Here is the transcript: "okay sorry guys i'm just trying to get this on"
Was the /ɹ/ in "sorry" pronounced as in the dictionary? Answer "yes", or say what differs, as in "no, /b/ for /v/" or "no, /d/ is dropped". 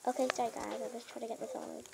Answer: no, /ɹ/ is dropped